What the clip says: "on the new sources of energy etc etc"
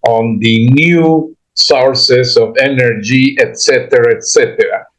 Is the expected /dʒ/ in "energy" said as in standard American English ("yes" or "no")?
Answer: yes